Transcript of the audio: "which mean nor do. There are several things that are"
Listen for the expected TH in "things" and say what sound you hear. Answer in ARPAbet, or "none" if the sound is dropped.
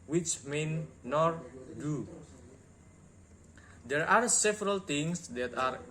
T